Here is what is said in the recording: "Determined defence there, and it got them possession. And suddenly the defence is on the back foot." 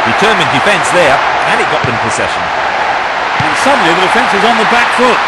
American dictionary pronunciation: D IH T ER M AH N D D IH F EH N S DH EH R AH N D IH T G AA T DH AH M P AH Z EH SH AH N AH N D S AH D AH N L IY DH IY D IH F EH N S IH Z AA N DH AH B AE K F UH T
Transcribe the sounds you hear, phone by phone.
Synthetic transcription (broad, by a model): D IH T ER M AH N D D IH F EH N S DH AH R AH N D IH T G AA T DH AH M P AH S EH SH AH N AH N S AH D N L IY DH IY D IH F EH N S IH Z N DH AH B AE K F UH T